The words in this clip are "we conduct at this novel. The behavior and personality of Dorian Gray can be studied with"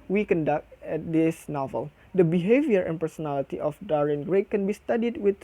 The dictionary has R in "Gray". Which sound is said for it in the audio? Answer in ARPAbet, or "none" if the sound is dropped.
R